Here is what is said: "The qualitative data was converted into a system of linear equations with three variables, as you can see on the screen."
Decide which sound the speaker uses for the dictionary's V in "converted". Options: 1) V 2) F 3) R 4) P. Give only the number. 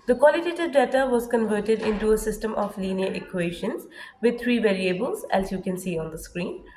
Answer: 1